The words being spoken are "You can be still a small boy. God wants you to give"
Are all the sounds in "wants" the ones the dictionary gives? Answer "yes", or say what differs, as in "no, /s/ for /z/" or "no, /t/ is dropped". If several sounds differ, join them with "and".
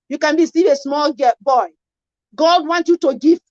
no, /s/ is dropped